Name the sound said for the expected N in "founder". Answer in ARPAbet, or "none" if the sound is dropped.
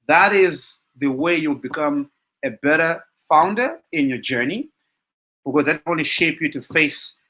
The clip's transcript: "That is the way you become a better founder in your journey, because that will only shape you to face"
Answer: N